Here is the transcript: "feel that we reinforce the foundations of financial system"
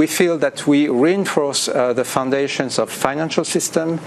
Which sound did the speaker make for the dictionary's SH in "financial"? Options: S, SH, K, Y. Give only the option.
SH